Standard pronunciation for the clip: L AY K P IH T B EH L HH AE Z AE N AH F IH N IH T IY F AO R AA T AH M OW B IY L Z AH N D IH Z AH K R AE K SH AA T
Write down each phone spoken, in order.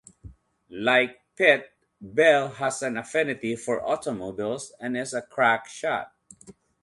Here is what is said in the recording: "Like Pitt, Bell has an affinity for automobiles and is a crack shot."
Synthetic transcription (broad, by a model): L AY K P IH T B EH L HH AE S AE N AH F IH N IH T IY F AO R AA T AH M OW B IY L S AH N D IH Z AH K R AE K SH AA T